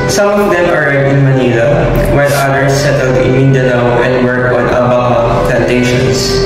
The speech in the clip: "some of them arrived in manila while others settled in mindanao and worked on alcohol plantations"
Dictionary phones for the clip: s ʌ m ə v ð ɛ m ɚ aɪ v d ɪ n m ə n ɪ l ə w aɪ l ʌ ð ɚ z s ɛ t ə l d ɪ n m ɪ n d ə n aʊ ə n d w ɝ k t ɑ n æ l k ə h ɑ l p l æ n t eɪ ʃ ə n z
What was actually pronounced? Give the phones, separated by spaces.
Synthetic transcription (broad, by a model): s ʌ m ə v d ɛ m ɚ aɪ d ɪ n m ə n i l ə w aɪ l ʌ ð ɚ s ɛ t ə l d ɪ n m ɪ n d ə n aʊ ə n d w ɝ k ɑ n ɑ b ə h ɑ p l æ n t eɪ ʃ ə n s